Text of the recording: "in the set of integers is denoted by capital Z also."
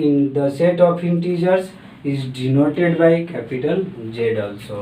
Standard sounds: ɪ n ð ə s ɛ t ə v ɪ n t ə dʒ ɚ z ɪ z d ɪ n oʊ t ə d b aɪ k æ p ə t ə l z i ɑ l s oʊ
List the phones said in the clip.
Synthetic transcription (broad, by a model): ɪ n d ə s ɛ t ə p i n t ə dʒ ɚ s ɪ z d ɪ n oʊ t ə d b aɪ k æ p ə t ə l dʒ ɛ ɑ l s oʊ